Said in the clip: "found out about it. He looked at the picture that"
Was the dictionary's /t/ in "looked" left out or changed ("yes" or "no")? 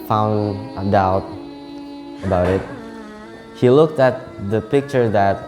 no